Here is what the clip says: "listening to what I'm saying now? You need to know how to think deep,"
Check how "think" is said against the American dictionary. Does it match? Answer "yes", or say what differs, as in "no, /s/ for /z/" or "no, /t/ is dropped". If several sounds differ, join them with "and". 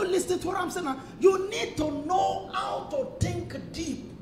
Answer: no, /t/ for /θ/